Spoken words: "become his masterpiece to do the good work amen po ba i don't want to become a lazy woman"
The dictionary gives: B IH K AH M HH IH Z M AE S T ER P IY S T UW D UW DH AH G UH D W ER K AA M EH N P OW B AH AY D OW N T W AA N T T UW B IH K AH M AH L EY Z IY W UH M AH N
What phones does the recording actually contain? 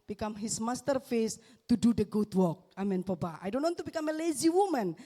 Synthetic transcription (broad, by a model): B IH K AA M HH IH S M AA S T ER F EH S T UW D UW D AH G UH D W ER K AA M EH N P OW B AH AY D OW N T W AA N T T UW B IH K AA M AH L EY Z IY W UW M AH N